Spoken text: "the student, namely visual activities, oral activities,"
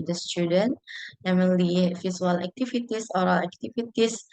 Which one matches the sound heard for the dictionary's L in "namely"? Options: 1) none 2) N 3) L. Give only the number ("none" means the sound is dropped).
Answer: 1